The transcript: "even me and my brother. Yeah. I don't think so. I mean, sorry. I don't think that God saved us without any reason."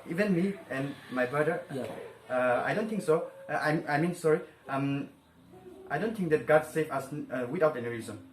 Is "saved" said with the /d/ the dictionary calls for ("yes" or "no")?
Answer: no